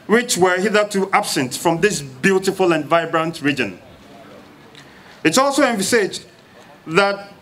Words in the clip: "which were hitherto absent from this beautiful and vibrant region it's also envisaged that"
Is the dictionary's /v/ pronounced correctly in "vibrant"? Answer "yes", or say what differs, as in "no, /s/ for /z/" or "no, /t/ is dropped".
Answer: yes